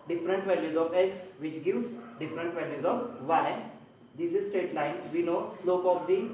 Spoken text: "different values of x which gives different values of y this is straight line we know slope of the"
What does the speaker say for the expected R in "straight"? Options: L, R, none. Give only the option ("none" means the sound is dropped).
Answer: none